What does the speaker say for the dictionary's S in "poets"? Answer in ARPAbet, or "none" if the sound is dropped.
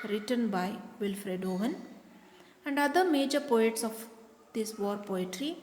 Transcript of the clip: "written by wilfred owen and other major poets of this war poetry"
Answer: S